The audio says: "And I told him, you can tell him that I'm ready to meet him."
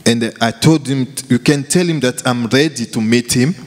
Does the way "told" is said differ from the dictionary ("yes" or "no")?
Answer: no